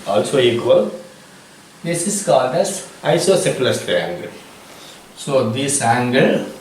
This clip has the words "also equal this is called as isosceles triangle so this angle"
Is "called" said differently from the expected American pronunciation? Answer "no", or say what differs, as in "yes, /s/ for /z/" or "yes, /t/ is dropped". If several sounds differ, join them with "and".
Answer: yes, /l/ is dropped